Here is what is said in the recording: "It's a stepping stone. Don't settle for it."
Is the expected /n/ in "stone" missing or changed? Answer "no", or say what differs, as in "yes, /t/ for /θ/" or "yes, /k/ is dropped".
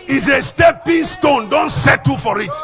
no